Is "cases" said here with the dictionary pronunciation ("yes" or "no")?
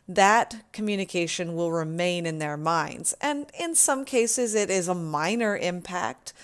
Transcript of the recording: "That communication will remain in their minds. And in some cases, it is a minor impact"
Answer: yes